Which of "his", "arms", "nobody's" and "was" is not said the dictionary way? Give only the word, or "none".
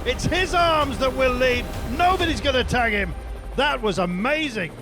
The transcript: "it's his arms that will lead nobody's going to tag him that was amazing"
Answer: none